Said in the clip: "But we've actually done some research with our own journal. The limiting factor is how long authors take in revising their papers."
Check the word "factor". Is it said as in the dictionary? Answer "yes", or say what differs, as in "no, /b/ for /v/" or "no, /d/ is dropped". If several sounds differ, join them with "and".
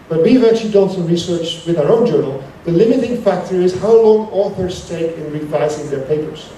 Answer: yes